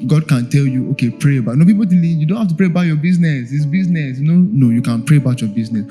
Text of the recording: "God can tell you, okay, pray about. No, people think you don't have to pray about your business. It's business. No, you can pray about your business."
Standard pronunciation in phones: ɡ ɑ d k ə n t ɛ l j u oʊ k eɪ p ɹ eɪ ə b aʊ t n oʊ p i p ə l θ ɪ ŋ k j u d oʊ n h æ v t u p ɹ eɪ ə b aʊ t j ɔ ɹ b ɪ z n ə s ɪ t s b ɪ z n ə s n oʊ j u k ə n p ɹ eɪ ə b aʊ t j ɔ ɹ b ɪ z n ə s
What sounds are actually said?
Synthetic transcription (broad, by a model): ɡ ɑ d k ə n t ɛ l j u oʊ k eɪ p ɹ eɪ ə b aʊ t n oʊ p i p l t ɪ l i j u d oʊ n h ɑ f t u p ɹ eɪ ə b aʊ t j ɔ b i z n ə s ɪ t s b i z n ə s n oʊ j u k ə n p ɹ eɪ ə b aʊ t j ɔ b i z n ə s